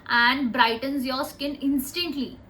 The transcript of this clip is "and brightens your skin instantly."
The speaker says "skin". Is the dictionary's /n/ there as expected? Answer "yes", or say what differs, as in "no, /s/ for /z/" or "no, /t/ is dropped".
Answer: yes